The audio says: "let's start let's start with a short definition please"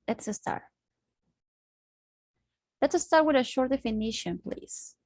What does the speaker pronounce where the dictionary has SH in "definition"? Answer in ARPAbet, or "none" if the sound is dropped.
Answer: SH